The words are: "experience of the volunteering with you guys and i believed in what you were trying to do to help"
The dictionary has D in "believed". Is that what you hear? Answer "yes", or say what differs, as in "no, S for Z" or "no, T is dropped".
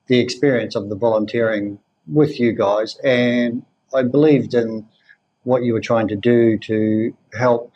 yes